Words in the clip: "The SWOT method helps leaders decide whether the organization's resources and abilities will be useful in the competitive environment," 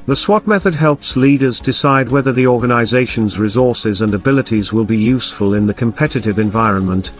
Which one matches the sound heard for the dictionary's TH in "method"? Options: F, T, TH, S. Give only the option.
TH